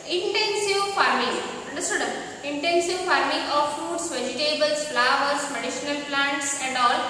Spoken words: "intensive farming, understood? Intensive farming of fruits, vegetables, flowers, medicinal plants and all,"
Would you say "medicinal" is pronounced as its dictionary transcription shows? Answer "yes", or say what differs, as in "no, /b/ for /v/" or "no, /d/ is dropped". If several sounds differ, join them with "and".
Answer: no, /ʃ/ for /s/